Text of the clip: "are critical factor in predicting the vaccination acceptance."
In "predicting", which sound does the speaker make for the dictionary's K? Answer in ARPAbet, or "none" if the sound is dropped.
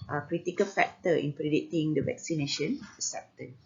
none